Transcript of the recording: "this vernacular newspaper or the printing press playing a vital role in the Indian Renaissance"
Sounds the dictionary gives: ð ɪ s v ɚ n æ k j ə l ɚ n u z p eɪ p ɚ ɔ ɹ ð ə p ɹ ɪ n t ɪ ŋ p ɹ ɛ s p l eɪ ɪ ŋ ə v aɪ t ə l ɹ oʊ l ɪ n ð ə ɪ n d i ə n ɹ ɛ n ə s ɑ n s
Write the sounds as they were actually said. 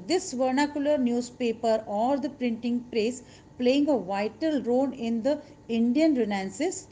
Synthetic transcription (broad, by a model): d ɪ s v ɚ n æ k j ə l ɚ n u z p eɪ p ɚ ɔ ɹ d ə p ɹ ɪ n t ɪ ŋ p ɹ ɛ s p l eɪ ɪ ŋ ə v aɪ t ə l ɹ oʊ n ɪ n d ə ɪ n d i ə n ɹ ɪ n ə s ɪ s